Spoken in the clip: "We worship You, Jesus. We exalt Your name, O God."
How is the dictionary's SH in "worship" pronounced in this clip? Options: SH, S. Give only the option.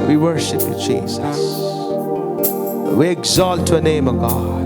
SH